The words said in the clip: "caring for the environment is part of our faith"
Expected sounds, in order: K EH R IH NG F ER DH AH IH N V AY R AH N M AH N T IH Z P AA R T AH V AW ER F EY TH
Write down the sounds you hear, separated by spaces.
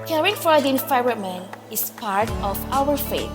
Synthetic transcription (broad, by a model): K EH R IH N F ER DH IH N F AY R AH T M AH N IH S P AA R T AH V AW ER F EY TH